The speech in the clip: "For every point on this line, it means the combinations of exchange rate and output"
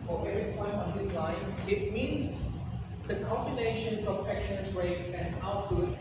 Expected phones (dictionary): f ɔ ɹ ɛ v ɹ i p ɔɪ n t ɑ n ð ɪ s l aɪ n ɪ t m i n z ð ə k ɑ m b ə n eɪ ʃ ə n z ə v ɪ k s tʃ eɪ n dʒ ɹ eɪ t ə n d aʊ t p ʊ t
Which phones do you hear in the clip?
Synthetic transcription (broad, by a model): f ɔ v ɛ ɹ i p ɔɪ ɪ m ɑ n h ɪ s l aɪ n ɪ t m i n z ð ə k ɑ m b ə n eɪ ʃ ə n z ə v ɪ k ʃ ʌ n z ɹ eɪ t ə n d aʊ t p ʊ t